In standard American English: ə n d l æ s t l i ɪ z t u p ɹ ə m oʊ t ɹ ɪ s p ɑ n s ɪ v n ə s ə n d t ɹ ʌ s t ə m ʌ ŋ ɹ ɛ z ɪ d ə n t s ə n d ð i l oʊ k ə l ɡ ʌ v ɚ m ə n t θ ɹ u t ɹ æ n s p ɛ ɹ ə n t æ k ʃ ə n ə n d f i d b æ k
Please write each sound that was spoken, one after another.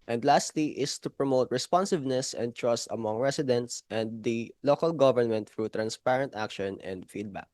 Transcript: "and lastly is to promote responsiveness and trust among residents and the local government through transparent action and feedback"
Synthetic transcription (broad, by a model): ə n d l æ s t l i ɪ s t u p ɹ ə m oʊ t ɹ ɪ s p ɑ n s ɪ v n ə s ə n d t ɹ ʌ s t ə m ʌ ŋ ɹ ɛ s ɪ d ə n t s ə n d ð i l oʊ k ə l ɡ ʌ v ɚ m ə n t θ ɹ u t ɹ æ n s p ɛ ɹ ə n t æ k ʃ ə n ə n d f i d b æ k